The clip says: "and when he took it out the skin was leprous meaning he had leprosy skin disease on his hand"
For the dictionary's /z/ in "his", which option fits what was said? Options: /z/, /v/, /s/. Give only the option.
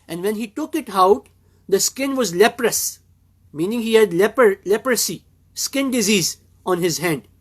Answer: /z/